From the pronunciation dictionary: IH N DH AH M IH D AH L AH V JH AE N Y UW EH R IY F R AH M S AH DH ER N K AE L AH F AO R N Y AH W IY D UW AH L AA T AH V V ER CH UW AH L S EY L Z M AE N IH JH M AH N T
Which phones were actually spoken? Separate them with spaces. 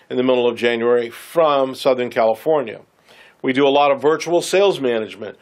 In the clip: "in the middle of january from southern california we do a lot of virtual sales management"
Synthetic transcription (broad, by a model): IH N DH AH M IH D L AH V JH AE N Y UW EH R IY F R AH M S AH DH ER N K AE L AH F AO R N Y AH W IY D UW AH L AA T AH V V ER CH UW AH L S EY L Z M AE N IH JH M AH N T